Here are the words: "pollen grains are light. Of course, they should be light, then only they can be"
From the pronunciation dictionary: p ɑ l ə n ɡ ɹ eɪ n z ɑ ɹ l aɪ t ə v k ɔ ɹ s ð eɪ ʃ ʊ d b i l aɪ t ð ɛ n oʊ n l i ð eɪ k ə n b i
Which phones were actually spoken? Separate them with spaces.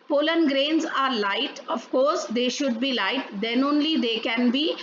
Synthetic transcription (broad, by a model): p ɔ l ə n ɡ ɹ eɪ n z ɑ ɹ l aɪ t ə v k ɔ ɹ s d eɪ ʃ ʊ d b i l aɪ t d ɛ n oʊ n l i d eɪ k ə n b i